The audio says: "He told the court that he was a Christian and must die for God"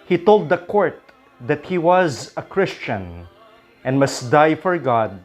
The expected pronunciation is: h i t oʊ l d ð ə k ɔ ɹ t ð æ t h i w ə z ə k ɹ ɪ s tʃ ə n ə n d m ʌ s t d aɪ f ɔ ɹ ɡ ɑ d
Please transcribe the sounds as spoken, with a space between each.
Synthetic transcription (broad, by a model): h i t oʊ l d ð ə k ɔ ɹ t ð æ t h i w ə z ə k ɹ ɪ s tʃ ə n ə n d m ʌ s t d aɪ f ɔ ɹ ɡ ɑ d